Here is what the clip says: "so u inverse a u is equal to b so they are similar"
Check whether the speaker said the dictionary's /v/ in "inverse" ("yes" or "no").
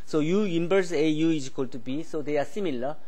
no